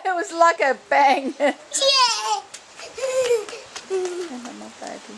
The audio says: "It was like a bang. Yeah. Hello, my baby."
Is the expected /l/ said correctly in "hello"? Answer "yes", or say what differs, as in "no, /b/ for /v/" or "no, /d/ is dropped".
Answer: no, /n/ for /l/